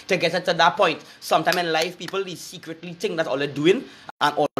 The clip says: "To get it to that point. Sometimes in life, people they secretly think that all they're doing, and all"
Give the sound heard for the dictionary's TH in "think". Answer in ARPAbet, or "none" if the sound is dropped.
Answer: T